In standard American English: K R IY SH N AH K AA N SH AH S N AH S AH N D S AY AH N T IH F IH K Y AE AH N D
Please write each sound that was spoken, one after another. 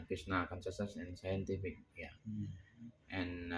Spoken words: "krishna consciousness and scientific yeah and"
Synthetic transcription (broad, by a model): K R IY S N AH K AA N S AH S AH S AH N S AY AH N T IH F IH K Y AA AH N